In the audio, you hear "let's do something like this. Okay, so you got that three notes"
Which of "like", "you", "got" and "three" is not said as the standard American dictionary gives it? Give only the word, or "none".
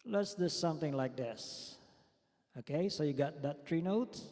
three